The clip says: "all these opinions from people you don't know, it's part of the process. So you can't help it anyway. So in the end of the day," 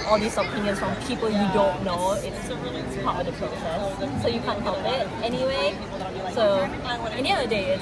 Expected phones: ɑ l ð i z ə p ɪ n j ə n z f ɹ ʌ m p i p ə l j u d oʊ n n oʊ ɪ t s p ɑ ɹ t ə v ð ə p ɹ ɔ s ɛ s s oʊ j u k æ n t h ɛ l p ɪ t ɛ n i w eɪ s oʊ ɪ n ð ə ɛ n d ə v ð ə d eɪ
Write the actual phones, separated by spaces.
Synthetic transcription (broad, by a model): ɑ l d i s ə p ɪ n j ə n s f ɹ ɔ m p i p ə l j u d oʊ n n oʊ ɪ t s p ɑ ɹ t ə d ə p ɹ ɔ s ɛ s s oʊ j u k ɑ n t h ɛ l p ɪ t ɛ n i w eɪ s oʊ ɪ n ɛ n ə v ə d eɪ